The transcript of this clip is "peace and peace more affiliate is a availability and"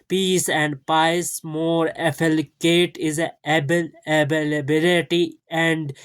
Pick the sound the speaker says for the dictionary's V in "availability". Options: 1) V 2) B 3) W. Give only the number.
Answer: 2